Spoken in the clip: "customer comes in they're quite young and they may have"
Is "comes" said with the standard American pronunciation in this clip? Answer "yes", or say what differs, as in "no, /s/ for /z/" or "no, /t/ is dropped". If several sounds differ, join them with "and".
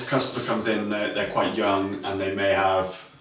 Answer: yes